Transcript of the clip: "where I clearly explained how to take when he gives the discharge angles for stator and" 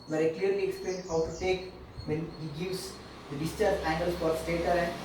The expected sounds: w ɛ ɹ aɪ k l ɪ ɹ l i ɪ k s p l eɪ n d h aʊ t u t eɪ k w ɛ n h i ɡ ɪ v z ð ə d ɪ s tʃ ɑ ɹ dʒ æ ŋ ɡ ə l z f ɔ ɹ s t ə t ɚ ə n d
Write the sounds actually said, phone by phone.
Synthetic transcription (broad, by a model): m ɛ aɪ k l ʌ ɹ l i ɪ k s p l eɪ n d h aʊ t u t eɪ k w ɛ n h i ɡ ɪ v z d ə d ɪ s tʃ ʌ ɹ æ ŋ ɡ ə l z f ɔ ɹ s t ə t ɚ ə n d